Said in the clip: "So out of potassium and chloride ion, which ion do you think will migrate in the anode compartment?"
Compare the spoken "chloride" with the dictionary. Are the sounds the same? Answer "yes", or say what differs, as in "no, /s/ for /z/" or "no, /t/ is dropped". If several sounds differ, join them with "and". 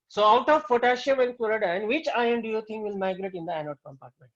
no, /l/ is dropped